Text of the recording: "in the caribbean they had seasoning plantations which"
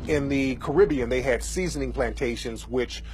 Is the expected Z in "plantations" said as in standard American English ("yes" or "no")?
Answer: yes